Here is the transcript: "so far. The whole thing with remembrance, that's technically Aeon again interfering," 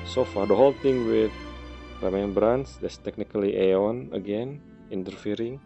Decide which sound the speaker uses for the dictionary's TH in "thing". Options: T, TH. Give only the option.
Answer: T